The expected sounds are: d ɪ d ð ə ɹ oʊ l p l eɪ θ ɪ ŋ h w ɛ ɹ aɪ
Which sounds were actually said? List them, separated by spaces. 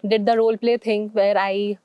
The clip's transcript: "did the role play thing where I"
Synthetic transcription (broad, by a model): d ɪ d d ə ɹ oʊ l p l eɪ t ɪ ŋ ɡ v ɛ ɹ aɪ